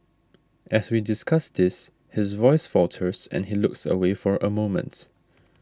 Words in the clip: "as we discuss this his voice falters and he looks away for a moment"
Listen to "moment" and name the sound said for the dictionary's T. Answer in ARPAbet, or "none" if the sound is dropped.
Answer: T